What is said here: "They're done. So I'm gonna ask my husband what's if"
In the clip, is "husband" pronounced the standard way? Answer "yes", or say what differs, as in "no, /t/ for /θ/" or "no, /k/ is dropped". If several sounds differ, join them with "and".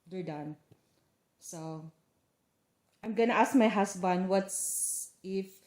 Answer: no, /s/ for /z/